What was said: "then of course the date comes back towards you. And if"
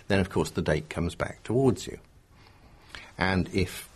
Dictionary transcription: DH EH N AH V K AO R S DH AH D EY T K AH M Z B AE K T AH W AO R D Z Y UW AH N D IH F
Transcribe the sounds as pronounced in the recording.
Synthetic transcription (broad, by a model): DH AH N AH V K AO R S DH AH D EY T K AH M Z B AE K T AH W AO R D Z Y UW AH N IH F